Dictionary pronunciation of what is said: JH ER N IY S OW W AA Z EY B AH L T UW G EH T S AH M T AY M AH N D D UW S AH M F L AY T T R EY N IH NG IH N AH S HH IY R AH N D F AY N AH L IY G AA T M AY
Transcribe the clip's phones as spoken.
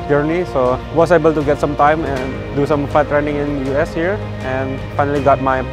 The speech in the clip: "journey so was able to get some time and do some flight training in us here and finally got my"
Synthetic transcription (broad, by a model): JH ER N IY S OW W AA S EY B AH L T UW G EH T S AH M T AY M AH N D D UW S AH M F AY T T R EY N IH NG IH N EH S HH IY R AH N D F AY N AH L IY G AA T M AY